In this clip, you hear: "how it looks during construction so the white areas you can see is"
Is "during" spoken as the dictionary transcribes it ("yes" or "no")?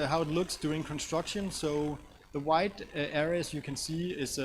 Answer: no